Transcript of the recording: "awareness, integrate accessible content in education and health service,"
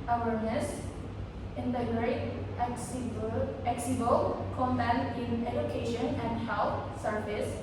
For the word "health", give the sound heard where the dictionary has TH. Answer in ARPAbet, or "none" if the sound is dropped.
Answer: T